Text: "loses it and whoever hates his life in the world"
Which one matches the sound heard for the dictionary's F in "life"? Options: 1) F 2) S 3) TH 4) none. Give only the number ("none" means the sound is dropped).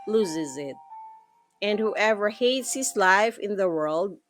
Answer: 1